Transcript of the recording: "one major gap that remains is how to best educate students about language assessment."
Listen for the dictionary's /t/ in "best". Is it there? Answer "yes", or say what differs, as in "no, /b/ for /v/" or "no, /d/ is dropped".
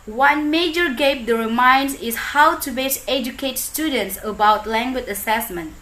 no, /t/ is dropped